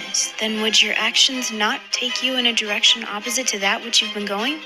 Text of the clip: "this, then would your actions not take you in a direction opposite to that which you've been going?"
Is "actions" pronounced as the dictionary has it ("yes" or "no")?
yes